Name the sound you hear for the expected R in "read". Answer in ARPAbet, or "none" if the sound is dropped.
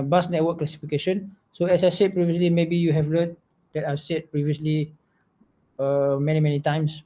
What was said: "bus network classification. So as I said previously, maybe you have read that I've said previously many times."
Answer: L